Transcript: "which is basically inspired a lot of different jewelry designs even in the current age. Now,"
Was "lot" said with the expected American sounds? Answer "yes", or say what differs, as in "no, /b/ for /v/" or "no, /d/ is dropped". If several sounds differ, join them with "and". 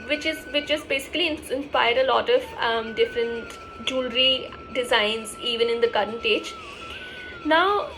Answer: yes